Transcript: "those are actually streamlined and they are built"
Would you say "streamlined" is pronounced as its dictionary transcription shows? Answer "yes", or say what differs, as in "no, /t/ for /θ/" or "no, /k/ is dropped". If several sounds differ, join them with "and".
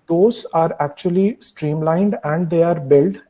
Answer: yes